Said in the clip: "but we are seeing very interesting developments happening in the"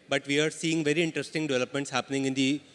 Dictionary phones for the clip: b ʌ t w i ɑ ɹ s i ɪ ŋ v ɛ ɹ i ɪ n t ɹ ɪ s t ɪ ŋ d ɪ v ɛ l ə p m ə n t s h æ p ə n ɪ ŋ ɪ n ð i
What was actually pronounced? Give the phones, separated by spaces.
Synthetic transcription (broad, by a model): b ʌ t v i ɑ ɹ s i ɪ ŋ v ɛ ɹ i ɪ n t ɹ ɪ s t ɪ ŋ d ɪ v ɛ l ə p m ə n t s h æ p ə n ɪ ŋ ɪ n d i